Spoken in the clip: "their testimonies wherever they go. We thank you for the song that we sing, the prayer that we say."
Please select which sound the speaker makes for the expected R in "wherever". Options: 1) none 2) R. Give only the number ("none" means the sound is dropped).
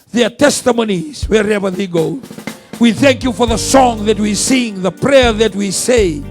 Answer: 2